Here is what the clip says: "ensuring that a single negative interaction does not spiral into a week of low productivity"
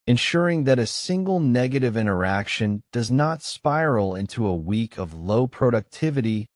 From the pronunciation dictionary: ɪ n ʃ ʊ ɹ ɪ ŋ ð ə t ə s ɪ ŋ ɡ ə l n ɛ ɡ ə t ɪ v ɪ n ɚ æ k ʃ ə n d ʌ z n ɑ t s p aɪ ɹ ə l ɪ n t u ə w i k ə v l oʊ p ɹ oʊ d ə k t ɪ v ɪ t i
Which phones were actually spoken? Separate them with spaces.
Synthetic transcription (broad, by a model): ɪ n ʃ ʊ ɹ ɪ ŋ ð ə t ə s ɪ ŋ ɡ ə l n ɛ ɡ ə t ɪ v ɪ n ɚ æ k ʃ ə n d ʌ z n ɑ t s p aɪ ɹ l ɪ n t u ə w i k ə v l oʊ p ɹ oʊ d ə k t ɪ v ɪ t i